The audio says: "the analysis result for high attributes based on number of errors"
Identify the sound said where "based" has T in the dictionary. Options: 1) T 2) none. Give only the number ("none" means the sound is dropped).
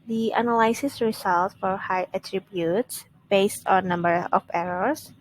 1